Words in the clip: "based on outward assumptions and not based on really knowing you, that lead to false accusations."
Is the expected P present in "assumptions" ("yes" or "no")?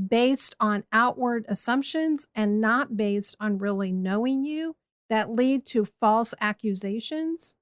yes